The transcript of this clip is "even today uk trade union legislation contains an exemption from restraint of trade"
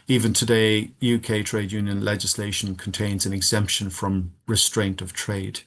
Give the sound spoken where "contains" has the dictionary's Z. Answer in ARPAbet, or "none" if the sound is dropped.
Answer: Z